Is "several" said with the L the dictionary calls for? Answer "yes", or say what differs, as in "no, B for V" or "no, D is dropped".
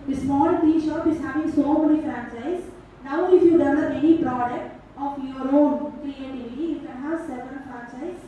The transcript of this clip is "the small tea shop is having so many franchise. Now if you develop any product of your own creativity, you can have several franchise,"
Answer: no, N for L